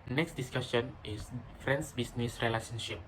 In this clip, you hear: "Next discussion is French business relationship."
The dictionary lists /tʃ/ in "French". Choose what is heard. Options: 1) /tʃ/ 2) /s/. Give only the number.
2